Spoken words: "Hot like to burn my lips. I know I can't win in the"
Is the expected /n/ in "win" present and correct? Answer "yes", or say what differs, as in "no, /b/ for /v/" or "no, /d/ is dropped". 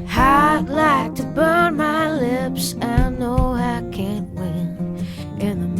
yes